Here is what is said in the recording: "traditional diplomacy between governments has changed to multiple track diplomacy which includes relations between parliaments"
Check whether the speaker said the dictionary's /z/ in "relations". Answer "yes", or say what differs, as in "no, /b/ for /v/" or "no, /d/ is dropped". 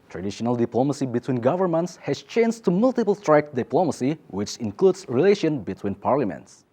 no, /z/ is dropped